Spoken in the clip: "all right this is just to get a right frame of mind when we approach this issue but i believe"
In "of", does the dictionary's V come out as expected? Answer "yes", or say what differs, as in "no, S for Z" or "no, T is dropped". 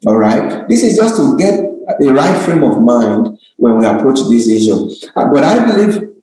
yes